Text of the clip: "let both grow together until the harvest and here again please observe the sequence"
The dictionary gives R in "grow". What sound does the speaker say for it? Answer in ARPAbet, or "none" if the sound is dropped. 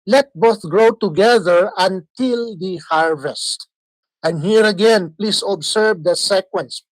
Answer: R